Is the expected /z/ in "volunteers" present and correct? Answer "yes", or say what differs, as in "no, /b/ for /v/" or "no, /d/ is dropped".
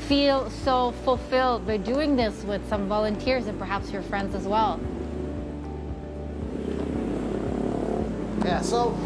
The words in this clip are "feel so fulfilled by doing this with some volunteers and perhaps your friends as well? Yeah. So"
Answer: yes